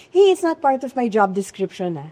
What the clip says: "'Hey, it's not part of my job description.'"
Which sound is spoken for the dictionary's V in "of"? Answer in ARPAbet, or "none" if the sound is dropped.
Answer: V